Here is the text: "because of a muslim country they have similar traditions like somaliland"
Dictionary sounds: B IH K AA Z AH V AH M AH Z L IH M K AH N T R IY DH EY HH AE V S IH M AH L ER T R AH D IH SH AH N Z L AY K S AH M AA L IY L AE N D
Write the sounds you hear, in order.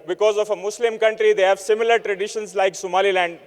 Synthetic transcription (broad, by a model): B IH K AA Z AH F AH M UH S L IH M K AH N T R IY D EY HH AE V S IH M AH L ER T R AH D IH SH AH N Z L AY K S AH M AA L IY L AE N D